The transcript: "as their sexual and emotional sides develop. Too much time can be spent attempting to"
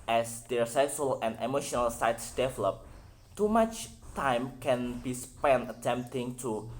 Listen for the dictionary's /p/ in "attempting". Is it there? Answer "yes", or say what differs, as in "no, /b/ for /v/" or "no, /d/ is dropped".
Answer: yes